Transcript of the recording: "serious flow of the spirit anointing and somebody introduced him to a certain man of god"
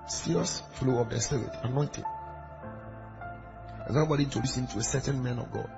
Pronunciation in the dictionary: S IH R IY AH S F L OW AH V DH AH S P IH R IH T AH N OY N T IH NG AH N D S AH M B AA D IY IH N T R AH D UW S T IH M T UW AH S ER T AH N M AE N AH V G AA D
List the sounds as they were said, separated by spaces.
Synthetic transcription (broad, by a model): S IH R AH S F L OW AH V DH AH S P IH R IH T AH N OY N T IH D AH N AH B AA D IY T AH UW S IH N T UW AH S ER T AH N M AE N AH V G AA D